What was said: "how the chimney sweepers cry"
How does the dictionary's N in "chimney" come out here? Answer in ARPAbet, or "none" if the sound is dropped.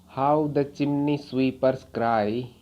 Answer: N